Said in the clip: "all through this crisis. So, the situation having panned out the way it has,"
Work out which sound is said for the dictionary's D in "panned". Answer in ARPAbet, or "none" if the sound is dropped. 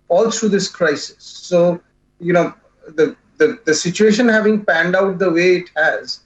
D